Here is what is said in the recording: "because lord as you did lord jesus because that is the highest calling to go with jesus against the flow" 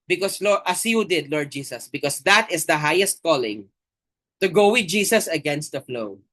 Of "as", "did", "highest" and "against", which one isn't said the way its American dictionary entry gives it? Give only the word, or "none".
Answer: as